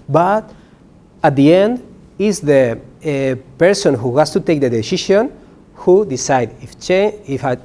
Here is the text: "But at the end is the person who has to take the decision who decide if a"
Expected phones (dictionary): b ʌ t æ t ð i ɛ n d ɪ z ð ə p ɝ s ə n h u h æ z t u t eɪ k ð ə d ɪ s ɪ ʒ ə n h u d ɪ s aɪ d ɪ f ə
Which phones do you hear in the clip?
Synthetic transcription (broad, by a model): b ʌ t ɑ t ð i ɛ n d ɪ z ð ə p ɝ s ə n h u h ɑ s t u t eɪ k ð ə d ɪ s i ʃ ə n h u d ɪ s aɪ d ɪ f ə